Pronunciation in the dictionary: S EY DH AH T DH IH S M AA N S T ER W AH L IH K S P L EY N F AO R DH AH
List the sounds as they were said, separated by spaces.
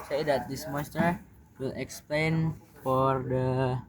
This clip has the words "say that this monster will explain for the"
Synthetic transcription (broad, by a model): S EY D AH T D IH S M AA S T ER W AH L IH K S P L EY N F AO R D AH